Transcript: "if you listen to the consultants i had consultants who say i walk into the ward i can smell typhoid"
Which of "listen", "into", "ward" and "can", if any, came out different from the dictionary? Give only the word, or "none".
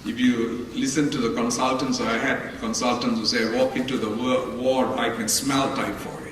ward